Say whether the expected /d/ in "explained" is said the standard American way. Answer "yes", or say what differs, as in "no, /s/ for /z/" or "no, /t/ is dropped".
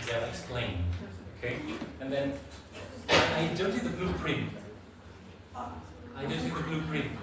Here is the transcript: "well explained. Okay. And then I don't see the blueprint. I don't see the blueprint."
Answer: no, /d/ is dropped